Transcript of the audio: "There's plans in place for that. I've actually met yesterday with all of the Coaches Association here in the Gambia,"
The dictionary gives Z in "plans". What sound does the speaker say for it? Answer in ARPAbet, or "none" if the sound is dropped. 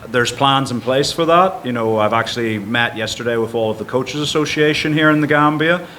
Z